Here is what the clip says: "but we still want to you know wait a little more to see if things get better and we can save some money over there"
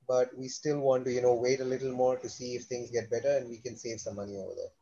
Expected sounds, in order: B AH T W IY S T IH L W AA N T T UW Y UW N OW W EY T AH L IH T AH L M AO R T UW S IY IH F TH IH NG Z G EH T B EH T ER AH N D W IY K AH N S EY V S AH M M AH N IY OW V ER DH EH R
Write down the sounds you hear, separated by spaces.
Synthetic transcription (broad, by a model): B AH T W IY S T IH L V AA N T T UW Y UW N OW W EY T AH L IH T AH L M AO R T UW S IY IH F T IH NG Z G EH T B EH T ER AH N D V IY K AH N S EY V S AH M M AH N IY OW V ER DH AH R